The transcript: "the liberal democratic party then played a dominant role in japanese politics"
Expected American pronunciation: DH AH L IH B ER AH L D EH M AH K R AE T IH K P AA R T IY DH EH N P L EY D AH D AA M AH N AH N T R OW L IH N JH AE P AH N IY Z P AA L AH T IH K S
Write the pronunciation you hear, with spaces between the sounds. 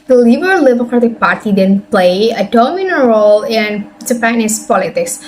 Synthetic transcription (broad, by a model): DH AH L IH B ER L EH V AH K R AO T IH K P AA R T IY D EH N P L EY AH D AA M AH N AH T R OW L IH N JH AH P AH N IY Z P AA L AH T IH K S